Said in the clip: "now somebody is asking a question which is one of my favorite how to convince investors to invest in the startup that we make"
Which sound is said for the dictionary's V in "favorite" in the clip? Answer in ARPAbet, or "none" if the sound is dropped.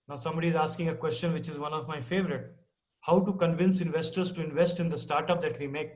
V